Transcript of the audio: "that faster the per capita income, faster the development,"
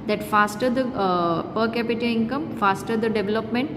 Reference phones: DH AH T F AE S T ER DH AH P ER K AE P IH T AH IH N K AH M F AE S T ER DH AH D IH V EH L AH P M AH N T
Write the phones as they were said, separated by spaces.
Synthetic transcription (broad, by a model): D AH T F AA S T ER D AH P ER K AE P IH T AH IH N K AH M F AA S T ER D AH D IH V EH L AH P M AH N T